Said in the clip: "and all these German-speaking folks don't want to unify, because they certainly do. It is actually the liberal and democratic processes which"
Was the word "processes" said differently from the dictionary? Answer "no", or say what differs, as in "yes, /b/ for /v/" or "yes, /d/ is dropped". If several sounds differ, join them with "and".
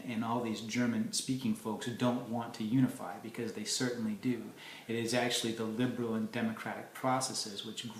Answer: no